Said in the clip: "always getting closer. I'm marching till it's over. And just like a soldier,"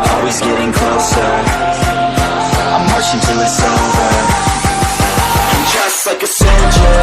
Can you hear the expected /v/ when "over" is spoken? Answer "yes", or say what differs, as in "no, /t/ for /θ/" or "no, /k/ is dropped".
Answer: no, /v/ is dropped